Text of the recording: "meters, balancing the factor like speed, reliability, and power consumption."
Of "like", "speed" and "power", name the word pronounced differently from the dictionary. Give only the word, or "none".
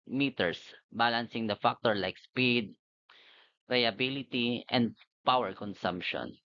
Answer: none